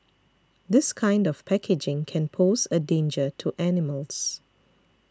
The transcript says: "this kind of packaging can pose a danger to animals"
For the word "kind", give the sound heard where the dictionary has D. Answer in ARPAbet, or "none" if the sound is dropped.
D